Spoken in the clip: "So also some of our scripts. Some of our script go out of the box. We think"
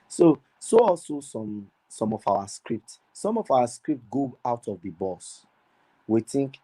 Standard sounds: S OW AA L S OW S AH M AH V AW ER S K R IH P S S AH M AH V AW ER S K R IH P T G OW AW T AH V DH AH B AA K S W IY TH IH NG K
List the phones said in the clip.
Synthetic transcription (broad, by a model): S OW AA L S OW S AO M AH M AW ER S K R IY P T S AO M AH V AW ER S K R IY P T G OW AW T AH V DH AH B AA S W IY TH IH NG K